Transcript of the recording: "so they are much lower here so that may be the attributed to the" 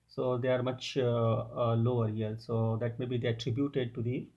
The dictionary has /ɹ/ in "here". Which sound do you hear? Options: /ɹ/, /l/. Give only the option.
/l/